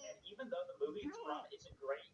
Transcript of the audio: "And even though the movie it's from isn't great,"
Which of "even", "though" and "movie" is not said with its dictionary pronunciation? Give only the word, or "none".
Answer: none